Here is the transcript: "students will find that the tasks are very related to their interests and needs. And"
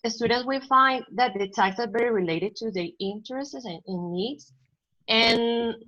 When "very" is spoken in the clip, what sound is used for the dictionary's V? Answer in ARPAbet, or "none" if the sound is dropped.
B